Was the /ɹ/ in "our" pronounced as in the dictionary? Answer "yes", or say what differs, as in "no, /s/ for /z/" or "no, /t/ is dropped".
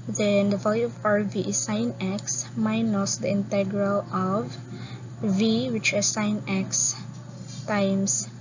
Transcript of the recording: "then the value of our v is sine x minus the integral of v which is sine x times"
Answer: yes